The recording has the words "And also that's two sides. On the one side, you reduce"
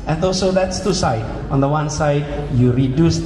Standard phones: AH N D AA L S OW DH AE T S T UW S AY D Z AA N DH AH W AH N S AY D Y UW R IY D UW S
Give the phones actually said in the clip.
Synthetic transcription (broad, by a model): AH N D AA L S OW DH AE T S T UW S AY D AA N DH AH W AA N S AY D Y UW R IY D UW S